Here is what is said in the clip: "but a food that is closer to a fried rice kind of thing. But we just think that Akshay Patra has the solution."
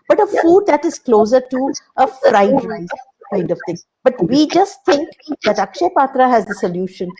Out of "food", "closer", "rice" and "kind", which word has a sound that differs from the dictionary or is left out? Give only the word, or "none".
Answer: rice